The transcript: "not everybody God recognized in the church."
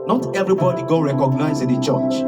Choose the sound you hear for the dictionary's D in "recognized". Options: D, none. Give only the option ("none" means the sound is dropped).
none